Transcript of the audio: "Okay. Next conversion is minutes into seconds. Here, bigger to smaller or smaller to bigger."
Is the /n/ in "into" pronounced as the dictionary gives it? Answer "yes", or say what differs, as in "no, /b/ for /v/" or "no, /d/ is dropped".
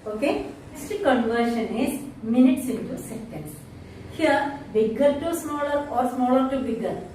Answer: yes